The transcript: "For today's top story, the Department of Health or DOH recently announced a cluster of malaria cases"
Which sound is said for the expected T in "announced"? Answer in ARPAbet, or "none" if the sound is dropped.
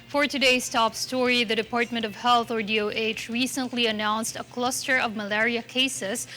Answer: T